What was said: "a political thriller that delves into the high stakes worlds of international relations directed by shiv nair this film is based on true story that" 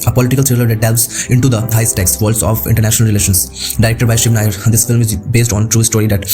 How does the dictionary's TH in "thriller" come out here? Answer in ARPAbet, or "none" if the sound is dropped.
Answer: S